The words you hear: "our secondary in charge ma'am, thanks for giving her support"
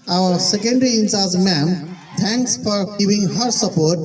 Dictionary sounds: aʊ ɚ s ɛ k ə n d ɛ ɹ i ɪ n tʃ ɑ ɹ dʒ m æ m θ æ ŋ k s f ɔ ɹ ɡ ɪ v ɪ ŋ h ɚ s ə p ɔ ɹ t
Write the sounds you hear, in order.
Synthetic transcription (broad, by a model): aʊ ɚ s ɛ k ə n d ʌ ɹ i ɪ n s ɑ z m æ m t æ ŋ k s f ɔ ɹ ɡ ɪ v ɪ ŋ h ɚ s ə p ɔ ɹ t